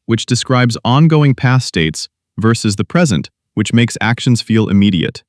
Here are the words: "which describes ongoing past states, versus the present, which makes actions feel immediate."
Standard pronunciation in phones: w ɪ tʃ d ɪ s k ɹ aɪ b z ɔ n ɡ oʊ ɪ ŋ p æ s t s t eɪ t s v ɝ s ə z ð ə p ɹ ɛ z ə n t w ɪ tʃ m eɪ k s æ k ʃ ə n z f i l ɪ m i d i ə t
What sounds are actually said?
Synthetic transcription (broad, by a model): w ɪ tʃ d ɪ s k ɹ aɪ b z ɔ n ɡ oʊ ɪ ŋ p æ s s t eɪ t s v ɝ s ə z ð ə p ɹ ɛ z ə n t w ɪ tʃ m eɪ k s æ k ʃ ə n z f i l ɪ m i d i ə t